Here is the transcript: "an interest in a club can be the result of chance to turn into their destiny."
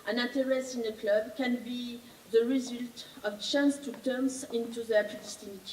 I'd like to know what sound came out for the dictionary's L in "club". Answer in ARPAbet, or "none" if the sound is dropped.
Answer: L